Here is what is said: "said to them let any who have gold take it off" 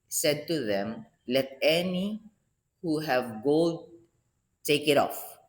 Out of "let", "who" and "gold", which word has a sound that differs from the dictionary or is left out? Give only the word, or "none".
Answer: gold